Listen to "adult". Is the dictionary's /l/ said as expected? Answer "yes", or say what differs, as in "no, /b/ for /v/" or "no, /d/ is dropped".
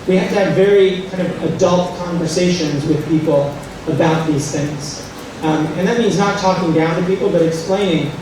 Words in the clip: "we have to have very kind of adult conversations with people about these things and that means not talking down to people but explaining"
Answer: yes